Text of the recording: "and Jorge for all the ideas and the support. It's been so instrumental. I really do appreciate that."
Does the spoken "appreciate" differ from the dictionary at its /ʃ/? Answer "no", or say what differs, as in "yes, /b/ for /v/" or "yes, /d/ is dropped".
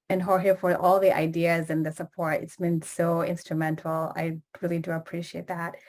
no